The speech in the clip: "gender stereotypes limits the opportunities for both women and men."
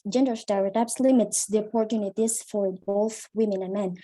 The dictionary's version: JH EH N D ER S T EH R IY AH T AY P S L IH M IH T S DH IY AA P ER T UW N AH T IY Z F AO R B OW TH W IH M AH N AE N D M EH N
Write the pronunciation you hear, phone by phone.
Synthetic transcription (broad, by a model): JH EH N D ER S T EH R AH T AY B S L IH M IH T S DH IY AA P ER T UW N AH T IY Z F AO R B OW TH W IH M AH N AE N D M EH N